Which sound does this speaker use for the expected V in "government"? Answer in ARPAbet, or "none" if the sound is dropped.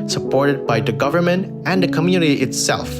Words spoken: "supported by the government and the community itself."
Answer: V